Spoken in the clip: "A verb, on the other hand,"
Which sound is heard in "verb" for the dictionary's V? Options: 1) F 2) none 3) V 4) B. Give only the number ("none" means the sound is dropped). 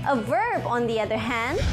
3